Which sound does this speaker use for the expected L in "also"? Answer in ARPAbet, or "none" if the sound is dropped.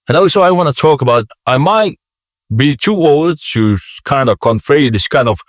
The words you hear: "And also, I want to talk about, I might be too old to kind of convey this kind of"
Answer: none